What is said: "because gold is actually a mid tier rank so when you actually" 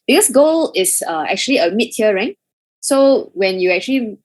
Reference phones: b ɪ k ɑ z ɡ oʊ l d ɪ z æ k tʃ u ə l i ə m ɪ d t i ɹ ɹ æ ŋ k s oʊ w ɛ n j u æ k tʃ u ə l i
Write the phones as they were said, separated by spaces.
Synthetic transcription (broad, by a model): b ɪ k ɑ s ɡ oʊ l ɪ s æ k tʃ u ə l i ə m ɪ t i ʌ ɹ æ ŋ s oʊ w ɛ n j u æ k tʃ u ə l i